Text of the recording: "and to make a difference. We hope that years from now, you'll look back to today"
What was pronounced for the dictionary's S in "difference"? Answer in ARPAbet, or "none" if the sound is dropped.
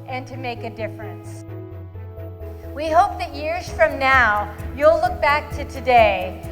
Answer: S